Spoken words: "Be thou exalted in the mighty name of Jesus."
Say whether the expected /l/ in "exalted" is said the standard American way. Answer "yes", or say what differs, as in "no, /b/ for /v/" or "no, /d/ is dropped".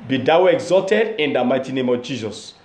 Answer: yes